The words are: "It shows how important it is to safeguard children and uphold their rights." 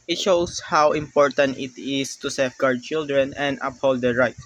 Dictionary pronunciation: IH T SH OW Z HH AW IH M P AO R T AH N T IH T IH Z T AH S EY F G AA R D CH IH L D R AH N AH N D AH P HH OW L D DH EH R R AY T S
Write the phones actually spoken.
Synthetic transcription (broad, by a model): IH T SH OW S HH AW IH M P AO R T AH N T IH T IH S T AH S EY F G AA R D CH IH L D R AH N AH N D AH P HH OW L D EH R R AY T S